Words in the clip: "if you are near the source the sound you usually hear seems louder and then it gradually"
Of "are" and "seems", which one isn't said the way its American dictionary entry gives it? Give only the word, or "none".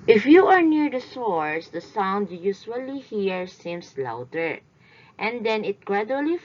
seems